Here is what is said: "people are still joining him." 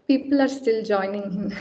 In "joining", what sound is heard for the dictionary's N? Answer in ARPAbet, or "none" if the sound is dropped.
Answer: N